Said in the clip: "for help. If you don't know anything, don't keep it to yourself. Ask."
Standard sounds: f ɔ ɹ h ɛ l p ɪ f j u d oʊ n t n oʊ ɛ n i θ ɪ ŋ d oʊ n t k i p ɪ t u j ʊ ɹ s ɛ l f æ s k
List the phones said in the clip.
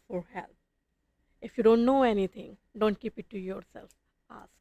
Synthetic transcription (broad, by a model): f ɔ ɹ h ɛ l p ɪ f j u d oʊ n t n oʊ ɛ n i t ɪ ŋ d oʊ n t k i p ɪ t u j ʊ ɹ s ɛ l f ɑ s